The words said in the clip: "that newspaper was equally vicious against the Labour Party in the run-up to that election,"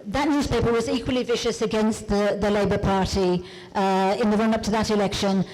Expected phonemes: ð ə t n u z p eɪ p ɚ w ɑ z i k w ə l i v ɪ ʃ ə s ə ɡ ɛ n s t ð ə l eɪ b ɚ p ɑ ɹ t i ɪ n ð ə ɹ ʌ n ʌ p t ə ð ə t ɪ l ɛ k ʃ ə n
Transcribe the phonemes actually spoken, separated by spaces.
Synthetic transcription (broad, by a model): ð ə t n u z p eɪ p ɚ w ɑ z i k w ə l i v ɪ ʃ ə s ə ɡ ɛ n s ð ð ə l eɪ b ɚ p ɑ ɹ t i ɪ n ð ə ɹ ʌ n ʌ p t ə ð ə t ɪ l ɛ k ʃ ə n